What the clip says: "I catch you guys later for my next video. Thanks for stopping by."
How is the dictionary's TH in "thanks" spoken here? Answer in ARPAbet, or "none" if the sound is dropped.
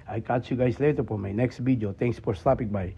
T